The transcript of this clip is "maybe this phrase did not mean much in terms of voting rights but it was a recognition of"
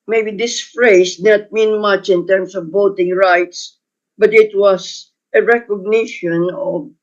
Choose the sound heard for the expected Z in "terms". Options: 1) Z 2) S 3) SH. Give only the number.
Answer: 2